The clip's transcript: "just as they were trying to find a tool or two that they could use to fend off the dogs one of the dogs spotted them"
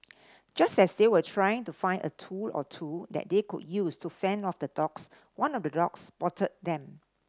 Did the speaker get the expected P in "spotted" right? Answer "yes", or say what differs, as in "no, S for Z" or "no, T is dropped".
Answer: no, B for P